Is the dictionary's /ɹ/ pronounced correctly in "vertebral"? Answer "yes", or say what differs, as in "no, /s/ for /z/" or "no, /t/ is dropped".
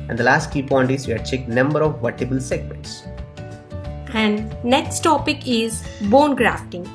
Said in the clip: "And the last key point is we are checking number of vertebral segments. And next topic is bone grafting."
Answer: no, /ɹ/ is dropped